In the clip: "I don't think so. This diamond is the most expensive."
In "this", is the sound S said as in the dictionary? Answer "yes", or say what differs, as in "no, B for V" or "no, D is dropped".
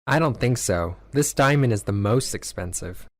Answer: yes